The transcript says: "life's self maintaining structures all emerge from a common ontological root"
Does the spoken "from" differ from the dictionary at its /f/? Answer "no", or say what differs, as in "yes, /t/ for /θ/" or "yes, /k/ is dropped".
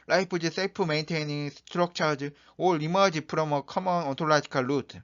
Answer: yes, /p/ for /f/